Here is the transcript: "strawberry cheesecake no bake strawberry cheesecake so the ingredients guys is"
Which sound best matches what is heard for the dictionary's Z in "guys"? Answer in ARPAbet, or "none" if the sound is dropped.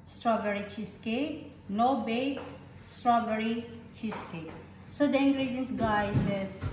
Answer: S